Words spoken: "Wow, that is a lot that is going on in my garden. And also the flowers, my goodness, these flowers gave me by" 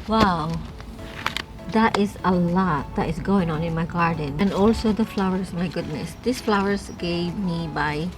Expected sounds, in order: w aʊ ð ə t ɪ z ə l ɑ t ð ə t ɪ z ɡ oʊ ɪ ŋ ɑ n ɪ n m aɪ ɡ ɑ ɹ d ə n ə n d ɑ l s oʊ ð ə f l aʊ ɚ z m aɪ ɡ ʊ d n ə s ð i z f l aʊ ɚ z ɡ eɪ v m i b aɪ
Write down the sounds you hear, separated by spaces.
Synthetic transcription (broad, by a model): w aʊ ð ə t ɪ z ə l ɑ t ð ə t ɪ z ɡ oʊ ɪ ŋ ɑ n ɪ n m aɪ ɡ ɑ ɹ d ə n ə n d ɑ l s oʊ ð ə f l aʊ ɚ s m aɪ ɡ ʊ d n ə s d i s f l aʊ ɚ s ɡ eɪ v m i b aɪ